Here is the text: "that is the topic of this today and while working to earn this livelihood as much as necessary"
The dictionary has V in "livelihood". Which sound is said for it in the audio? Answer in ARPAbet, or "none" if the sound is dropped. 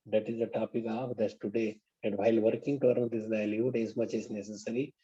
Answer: none